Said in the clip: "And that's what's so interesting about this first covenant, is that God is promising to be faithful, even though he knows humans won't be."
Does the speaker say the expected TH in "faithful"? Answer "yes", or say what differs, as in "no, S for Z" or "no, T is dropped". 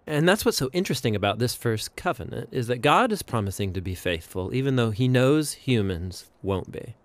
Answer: yes